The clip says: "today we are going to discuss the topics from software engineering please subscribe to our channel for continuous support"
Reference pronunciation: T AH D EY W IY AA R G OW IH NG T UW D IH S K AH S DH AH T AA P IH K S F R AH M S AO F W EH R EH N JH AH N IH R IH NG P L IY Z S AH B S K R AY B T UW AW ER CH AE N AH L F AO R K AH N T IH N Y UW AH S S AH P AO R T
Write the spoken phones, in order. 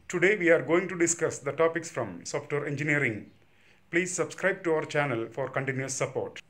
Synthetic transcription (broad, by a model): T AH D EY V IY AA R G OW IH NG T UW D IH S K AH S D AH T AA P IH K S F R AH M S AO F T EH R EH N JH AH N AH R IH NG P L IY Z S AH B S K R AY B T UW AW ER CH AE N AH L F AO R K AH N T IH N Y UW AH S S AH P AO R T